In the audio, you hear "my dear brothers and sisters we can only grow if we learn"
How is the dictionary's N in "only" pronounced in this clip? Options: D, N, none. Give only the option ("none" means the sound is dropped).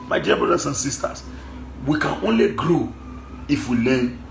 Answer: N